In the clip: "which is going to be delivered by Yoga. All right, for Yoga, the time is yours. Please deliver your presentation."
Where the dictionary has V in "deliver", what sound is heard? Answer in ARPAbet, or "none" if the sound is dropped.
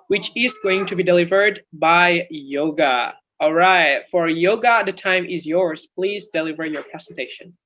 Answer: V